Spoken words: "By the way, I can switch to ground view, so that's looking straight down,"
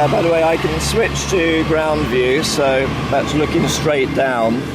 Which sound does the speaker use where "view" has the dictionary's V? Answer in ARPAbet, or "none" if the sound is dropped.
V